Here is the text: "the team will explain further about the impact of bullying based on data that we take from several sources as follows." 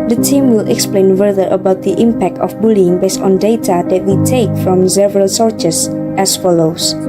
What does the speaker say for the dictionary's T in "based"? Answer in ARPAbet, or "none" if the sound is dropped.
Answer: T